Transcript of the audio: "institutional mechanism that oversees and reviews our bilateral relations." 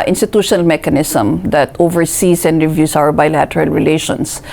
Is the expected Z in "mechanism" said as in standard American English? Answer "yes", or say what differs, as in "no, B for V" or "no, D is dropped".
no, S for Z